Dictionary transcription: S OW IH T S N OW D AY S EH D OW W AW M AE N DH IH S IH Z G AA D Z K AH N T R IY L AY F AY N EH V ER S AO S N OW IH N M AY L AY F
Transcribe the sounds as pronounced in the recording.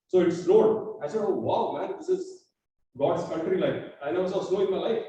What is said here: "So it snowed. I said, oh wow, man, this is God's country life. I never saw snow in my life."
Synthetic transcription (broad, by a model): S OW IH T S L OW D AY S EH D OW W AW M AE N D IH S IH Z G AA D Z K AH N T R IY L AY F AY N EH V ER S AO S L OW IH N M AY L AY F